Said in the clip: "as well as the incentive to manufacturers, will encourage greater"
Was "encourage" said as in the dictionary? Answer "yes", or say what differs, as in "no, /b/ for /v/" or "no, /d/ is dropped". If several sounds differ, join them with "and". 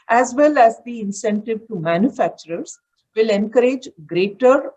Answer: yes